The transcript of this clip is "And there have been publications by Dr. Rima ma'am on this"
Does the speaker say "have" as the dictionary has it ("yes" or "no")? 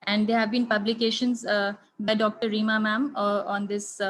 yes